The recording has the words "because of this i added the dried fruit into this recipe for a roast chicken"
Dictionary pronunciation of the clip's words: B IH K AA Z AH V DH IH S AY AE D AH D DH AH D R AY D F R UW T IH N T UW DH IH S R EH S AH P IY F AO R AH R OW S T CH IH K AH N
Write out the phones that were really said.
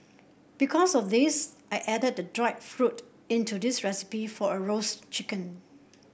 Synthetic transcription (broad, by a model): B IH K AA S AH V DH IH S AY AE D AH D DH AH D R AY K F R UW T IH N T UW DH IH S R EH S AH P IY F AO R AH R OW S CH IH K AH N